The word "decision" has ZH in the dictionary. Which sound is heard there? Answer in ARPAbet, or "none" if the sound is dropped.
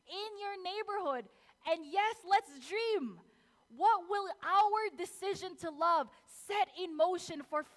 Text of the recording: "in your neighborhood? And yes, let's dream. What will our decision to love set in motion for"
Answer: ZH